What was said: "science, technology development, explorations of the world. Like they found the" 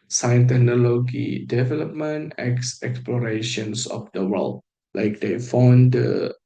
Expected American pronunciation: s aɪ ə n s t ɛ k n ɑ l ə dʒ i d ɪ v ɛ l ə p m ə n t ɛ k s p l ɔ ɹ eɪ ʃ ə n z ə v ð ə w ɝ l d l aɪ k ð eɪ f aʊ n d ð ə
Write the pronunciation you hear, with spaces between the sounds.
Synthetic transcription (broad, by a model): s aɪ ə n t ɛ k n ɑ l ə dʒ i d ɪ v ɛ l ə p m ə n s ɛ k s p l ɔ ɹ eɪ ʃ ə n s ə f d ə w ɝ l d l aɪ k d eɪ f aʊ n d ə